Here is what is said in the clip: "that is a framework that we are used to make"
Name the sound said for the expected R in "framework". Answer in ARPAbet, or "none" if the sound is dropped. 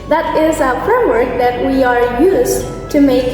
R